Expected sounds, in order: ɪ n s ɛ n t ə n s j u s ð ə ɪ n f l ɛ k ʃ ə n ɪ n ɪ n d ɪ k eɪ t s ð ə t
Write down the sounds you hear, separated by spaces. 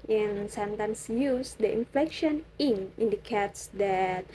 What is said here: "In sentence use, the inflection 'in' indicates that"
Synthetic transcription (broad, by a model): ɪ n s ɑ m t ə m s j u s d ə ɪ n f l ɛ k ʃ ə n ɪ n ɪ n d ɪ k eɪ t s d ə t